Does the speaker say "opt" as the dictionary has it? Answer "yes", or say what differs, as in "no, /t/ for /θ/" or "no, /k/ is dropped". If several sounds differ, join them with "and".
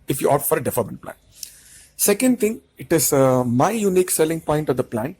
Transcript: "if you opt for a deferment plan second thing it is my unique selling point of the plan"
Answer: no, /p/ is dropped